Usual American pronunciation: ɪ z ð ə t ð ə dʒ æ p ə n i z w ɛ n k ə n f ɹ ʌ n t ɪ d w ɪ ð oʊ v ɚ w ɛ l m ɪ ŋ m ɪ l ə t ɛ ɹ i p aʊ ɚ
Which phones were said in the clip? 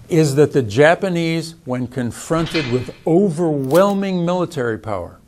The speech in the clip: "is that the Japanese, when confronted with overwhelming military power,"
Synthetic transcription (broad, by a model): ɪ z ð ə t ð ə dʒ æ p ə n i z w ɛ n k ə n f ɹ ʌ n t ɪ d w ɪ ð oʊ v ɚ w ɛ l m ɪ ŋ m ɪ l ə t ɛ ɹ i p aʊ ɚ